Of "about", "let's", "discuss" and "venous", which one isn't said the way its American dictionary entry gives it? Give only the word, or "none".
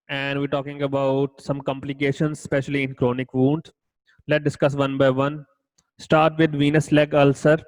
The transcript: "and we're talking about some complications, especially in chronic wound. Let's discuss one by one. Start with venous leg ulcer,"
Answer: let's